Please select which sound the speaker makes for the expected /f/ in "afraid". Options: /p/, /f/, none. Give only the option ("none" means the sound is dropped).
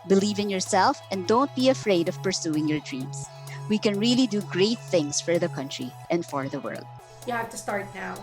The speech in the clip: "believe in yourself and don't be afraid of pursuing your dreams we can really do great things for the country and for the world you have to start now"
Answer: /f/